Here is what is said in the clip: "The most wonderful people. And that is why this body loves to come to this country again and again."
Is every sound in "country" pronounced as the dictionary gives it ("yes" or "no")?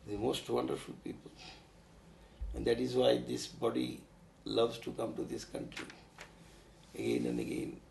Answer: yes